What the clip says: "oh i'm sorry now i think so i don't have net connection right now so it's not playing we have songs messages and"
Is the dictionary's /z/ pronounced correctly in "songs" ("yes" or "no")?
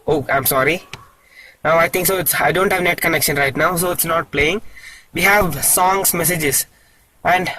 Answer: no